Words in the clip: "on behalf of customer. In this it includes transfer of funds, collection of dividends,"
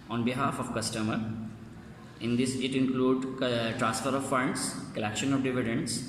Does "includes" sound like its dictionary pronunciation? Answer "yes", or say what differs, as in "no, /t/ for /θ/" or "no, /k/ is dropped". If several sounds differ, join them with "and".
no, /z/ is dropped